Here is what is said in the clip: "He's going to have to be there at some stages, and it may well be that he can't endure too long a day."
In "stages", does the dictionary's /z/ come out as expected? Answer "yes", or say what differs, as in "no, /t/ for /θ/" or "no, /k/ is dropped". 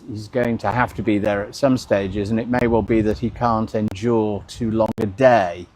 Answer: yes